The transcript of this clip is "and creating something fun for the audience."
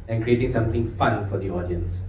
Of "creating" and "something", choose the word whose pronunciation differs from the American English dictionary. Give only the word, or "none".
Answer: something